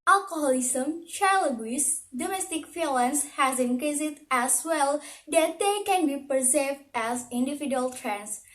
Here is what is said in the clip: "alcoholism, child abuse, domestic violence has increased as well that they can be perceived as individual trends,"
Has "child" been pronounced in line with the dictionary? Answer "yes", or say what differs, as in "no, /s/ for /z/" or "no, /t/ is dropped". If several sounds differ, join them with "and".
no, /d/ is dropped